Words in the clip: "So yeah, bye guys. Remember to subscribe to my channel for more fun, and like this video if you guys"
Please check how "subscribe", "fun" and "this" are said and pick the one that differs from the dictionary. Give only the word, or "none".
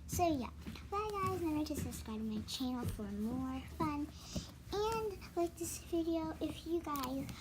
subscribe